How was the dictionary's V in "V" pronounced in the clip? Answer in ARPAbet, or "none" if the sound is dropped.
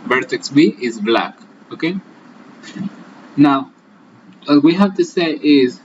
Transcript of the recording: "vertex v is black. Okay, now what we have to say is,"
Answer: W